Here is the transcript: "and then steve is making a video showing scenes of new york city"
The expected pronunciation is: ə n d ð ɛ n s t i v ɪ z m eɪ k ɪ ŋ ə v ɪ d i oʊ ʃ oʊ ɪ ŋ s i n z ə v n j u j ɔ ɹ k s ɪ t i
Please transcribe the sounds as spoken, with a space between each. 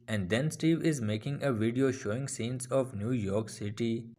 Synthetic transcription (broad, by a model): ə n d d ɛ n s t i v ɪ z m eɪ k ɪ ŋ ə v ɪ d i oʊ ʃ oʊ ɪ ŋ s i n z ə v n j u j ɔ ɹ k s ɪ t i